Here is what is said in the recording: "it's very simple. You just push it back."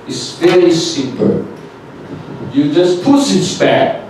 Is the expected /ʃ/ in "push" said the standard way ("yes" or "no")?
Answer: no